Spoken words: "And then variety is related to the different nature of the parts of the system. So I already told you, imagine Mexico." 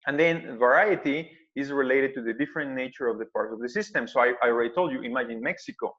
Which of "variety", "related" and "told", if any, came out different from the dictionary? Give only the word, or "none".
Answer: none